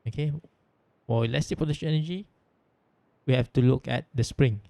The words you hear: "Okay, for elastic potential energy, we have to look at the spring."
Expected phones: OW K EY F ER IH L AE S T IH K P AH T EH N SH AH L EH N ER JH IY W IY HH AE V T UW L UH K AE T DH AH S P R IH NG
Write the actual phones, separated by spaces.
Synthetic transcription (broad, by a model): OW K EY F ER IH L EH S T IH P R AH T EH SH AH N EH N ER JH IY W IY HH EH F T UW L UH K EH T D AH S P R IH NG